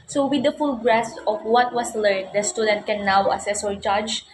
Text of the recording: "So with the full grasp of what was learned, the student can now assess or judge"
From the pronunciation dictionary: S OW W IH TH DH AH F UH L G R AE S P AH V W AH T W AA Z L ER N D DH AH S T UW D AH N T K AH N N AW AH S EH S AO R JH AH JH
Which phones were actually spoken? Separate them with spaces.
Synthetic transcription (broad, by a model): S OW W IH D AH F UH L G R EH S AH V W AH T W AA S L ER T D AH S T UW D AH N T K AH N N AW AH S EH S AO R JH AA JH